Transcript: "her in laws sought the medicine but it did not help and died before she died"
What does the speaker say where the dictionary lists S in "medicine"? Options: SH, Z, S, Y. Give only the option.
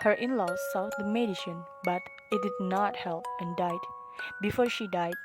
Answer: SH